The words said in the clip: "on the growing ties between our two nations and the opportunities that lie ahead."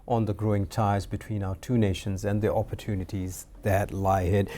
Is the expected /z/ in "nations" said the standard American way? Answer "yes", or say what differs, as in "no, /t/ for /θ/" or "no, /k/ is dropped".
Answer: yes